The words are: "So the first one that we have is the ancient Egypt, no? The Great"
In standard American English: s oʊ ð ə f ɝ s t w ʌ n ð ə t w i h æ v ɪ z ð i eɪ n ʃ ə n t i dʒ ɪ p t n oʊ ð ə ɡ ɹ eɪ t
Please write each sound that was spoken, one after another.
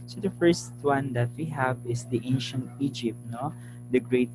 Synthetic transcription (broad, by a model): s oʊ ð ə f ɝ s t w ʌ n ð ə t w i h æ v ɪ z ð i eɪ n ʃ ə n t i dʒ ɪ p t n oʊ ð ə ɡ ɹ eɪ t